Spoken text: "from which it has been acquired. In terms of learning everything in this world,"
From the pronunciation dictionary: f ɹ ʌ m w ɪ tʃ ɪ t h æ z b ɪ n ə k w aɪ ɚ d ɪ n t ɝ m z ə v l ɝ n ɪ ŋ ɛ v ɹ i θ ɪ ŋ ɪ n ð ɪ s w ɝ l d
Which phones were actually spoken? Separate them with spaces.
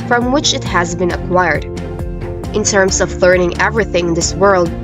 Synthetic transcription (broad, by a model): f ɹ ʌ m w ɪ tʃ ɪ t h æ z b ɪ n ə k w aɪ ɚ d ɪ n t ɝ m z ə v l ɝ n ɪ ŋ ɛ v ɹ i θ ɪ ŋ ɪ n ð ɪ s w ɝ l d